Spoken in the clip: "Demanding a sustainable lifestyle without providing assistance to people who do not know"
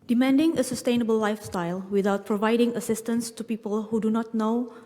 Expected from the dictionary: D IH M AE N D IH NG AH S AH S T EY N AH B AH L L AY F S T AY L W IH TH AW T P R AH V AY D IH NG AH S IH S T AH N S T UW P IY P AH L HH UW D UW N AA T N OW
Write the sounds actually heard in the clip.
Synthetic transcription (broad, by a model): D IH M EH N D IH NG AH S AH S T EY N AH B AH L L AY F S T AY L W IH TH AW T P R AH V AY D IH NG AH S IH S T AH N S T UW P IY P AH L HH UW D UW N AA T N OW